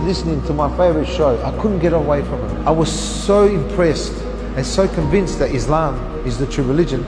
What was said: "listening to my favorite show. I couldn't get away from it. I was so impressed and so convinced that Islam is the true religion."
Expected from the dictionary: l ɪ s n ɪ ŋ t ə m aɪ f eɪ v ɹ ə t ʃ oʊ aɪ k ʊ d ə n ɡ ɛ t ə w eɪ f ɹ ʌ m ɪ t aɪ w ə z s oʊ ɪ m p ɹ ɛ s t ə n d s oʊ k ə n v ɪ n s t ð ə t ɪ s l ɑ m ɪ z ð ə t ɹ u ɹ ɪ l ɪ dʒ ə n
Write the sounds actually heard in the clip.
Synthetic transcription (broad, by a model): l ɪ s n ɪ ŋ t ə m aɪ f eɪ v ɹ ə t ʃ oʊ aɪ k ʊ d n ɡ ɛ t ə w eɪ f ɹ ʌ m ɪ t aɪ w ə z s oʊ ɪ m p ɹ ɛ s t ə n s oʊ k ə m v ɪ n s t ð ə t ɪ s l ɑ m ɪ z ð ə t ɹ u ɹ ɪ l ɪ dʒ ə n